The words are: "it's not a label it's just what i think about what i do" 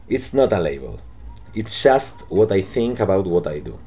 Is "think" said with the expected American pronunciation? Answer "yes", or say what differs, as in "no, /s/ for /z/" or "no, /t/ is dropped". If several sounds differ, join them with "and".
yes